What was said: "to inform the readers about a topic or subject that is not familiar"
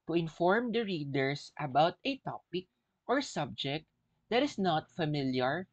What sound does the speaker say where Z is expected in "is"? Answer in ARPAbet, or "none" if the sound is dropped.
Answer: S